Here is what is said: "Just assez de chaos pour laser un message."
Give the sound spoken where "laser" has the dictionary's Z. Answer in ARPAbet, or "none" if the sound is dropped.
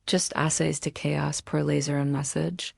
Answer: Z